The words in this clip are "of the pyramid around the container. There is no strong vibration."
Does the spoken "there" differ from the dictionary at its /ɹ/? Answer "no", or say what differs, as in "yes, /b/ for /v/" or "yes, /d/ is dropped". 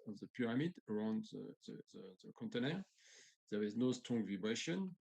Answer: yes, /w/ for /ɹ/